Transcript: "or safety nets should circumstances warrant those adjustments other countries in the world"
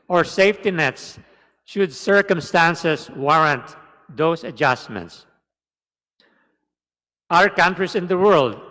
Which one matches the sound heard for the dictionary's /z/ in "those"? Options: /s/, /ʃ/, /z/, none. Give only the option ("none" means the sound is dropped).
/s/